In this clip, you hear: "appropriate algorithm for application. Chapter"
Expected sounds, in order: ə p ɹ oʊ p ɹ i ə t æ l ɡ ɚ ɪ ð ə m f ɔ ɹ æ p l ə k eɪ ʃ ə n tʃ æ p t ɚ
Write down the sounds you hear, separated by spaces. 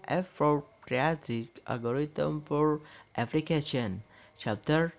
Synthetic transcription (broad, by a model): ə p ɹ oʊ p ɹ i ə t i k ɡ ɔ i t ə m p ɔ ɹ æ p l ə k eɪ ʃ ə n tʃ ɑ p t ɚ